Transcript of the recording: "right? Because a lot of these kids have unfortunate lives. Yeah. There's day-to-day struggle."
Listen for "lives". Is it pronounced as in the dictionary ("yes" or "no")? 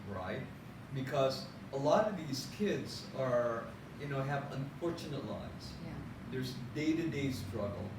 no